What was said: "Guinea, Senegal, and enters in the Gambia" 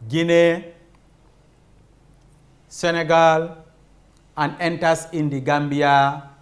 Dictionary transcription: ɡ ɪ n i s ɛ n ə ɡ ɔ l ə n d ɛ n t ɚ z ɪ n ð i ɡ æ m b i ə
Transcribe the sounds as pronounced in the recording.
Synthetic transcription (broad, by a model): ɡ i n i s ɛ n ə ɡ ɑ l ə n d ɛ n t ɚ s ɪ n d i ɡ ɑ m b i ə